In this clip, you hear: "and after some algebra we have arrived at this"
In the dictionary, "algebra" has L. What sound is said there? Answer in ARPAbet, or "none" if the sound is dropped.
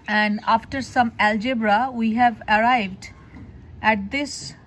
L